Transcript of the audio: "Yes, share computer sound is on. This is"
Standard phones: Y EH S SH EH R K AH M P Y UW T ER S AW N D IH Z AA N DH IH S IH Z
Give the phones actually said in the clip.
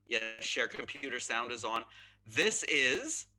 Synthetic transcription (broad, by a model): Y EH SH EH R K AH M P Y UW T ER S AW N D IH Z N DH IH S IH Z